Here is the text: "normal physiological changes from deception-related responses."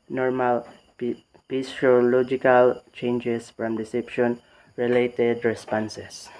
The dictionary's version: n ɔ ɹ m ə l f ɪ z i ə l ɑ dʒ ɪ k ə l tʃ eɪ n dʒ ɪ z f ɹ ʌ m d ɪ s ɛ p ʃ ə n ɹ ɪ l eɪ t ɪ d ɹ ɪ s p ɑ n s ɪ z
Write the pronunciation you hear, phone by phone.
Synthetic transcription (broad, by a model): n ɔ ɹ m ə l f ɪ s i l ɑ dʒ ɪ k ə l tʃ eɪ n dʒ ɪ s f ɹ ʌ m d ɪ s ɛ p ʃ ə n ɹ ɪ l eɪ t ɪ d ɹ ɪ s p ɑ n s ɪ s